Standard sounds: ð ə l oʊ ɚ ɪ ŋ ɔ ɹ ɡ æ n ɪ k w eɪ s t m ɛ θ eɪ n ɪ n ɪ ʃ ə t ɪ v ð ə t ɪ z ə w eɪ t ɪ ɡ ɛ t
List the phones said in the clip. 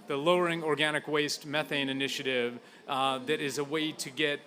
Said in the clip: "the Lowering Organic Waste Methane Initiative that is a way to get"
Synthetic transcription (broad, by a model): ð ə l oʊ ɚ ɪ ŋ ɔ ɹ ɡ æ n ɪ k w eɪ s t m ɛ θ eɪ n ɪ n ɪ ʃ ə t ɪ v ð ə t ɪ z ə w eɪ t ɪ ɡ ɛ t